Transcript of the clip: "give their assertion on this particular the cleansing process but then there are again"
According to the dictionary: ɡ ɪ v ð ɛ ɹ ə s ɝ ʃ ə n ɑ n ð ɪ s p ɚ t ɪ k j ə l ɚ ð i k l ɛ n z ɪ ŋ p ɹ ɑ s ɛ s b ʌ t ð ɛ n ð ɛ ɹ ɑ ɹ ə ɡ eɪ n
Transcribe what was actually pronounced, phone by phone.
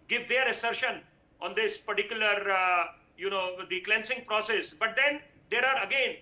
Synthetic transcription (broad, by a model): ɡ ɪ v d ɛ ɹ ə s ɝ ʃ ə n ɑ n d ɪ s p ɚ t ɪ k j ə l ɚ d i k l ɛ n s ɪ ŋ p ɹ ɑ s ɛ s b ʌ t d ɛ n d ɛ ɹ ɑ ɹ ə ɡ eɪ n